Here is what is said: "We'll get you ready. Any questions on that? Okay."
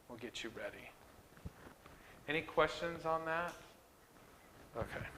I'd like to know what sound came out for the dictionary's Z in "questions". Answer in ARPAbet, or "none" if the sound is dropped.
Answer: Z